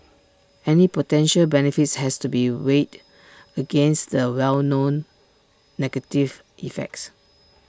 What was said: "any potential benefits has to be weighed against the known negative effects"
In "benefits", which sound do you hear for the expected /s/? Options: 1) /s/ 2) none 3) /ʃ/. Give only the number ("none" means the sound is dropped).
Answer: 1